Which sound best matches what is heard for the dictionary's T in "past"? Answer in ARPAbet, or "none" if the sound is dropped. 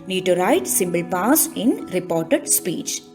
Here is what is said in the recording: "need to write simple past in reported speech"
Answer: none